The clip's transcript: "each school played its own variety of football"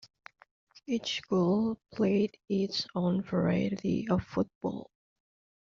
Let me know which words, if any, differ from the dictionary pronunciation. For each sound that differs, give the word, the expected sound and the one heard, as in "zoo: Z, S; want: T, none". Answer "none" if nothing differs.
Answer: none